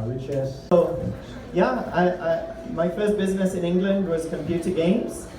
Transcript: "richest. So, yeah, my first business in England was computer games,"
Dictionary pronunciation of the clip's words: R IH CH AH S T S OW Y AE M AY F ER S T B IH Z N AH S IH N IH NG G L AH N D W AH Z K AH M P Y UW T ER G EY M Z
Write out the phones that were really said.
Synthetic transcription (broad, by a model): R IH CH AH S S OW Y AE M AY F ER S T B IH Z N AH S IH N IH NG G L AH N D W AH Z K AH M P Y UW T ER G EY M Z